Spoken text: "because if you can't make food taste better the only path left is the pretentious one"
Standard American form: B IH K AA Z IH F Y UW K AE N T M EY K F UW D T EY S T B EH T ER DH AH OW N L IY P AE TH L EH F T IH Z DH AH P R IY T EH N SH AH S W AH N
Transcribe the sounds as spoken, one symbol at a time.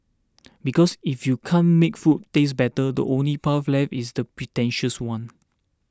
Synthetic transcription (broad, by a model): B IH K AA S IH F Y UW K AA N M EY K F UW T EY S B EH T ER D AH OW N L IY P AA F L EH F IH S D AH P R IY T EH N SH AH S W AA N